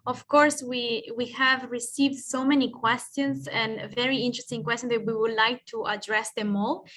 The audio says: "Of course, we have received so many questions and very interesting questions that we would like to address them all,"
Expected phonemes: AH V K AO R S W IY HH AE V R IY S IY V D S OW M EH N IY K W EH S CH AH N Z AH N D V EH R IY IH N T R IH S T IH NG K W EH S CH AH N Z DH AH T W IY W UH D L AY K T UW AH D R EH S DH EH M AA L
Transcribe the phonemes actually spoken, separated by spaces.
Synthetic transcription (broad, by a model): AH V K AO R S W IY HH AE V R IY S IY V D S OW M EH N IY K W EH S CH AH N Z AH N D V EH R IY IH N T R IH S T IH NG K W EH S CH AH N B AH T W IY W UH D L AY K T UW AH D R EH S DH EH M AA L